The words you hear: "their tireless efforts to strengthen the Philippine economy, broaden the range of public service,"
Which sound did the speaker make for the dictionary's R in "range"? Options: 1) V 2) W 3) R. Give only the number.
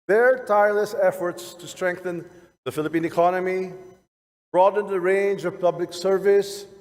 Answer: 3